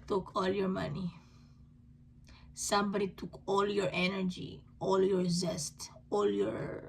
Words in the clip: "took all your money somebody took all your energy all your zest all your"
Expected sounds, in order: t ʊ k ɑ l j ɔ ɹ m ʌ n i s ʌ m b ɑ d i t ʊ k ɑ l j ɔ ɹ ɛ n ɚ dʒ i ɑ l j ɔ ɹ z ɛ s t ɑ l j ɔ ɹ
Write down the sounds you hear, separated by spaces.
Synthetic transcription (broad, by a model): t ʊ k ɑ l j ɔ ɹ m ʌ n i s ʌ m b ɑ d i t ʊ k ɑ l j ɔ ɹ ɛ n ɚ dʒ i ɑ l j ɔ ɹ z ɛ s t ɑ l j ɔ ɹ